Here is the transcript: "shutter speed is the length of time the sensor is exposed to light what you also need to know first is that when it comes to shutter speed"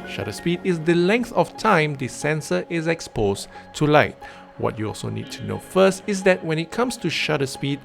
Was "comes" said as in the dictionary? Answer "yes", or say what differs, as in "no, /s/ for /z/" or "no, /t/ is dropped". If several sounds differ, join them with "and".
no, /s/ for /z/